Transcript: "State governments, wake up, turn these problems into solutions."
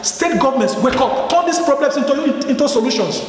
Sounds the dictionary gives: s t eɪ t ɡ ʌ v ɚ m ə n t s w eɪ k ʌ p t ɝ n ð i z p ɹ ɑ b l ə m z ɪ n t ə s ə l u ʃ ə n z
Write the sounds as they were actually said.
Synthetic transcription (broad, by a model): s t eɪ t ɡ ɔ v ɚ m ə n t s w eɪ k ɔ p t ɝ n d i s p ɹ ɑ b l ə m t ɪ n t ə s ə l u ʃ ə n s